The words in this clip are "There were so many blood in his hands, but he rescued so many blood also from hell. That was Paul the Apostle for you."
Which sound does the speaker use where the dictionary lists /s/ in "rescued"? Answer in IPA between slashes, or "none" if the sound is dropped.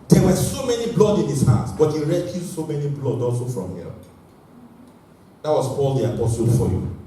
none